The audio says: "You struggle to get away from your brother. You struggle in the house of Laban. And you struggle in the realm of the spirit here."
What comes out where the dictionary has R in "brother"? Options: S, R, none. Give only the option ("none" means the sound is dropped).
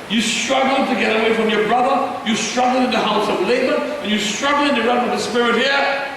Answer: R